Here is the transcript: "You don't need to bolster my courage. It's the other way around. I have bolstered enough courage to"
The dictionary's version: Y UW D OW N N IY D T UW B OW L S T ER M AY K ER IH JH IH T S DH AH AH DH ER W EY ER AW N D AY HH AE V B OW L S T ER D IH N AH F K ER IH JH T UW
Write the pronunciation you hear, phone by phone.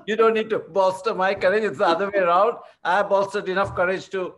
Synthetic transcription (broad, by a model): Y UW D OW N N IY D T UW B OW S T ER M AY K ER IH JH IH T S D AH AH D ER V EY ER AW N D AY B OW S T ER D IH N AH F K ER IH JH T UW